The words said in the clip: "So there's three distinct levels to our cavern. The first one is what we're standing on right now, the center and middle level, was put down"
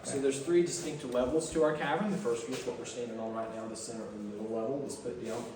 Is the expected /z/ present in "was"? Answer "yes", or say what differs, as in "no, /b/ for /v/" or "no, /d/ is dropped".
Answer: no, /s/ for /z/